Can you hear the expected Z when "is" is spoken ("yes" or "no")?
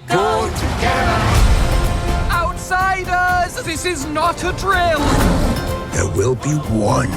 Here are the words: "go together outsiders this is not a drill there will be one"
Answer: yes